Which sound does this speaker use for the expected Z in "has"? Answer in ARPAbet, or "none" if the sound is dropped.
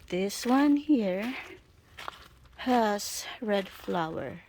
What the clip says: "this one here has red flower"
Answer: S